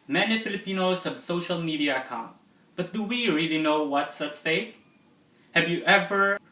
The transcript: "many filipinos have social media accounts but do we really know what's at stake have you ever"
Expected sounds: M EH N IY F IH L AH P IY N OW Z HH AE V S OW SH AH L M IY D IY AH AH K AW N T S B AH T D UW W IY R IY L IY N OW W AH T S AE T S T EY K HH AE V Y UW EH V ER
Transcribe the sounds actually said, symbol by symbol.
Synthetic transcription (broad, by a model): M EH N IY F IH L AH P IY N OW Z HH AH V S OW SH AH L M IY D IY AH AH K AW N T B AH T D UW W IY R IY L IY N OW W AH T S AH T S T EY K HH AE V Y UW EH V ER